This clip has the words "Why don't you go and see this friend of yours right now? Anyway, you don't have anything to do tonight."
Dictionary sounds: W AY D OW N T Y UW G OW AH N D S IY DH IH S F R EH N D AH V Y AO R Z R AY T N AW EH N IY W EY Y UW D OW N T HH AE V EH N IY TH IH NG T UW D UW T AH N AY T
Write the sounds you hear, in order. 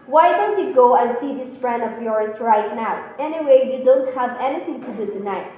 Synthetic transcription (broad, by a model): W AY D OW N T Y UW G OW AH N S IY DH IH S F R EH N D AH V Y AO R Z R AY T N AW EH N IY W EY Y UW D OW N T HH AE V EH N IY T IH NG T UW D UW T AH N AY T